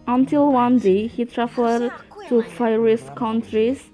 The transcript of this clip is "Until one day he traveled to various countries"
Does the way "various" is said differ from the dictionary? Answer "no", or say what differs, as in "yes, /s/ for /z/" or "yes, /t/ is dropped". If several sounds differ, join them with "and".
yes, /p/ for /v/